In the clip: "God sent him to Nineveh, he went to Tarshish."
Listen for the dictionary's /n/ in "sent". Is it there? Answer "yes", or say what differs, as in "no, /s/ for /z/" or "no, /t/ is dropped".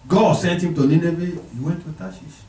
yes